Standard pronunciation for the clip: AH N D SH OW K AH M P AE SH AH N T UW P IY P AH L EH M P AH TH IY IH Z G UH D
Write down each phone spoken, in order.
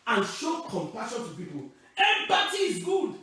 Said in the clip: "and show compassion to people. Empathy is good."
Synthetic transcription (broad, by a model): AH N SH OW K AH M P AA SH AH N T UW P IY P AH L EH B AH T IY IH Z G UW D